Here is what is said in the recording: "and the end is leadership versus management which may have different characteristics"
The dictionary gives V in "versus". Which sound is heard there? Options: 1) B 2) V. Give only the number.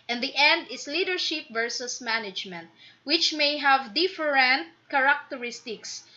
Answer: 2